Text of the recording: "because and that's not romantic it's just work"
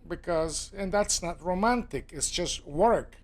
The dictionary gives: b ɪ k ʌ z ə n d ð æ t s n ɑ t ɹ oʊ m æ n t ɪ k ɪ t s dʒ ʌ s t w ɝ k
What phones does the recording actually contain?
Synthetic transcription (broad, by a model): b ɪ k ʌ z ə n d ð æ t s n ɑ t ɹ oʊ m æ n t ɪ k ɪ t s dʒ ʌ s t w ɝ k